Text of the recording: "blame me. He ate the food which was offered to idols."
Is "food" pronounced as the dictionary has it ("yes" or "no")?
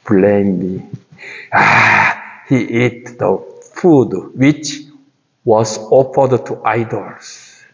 yes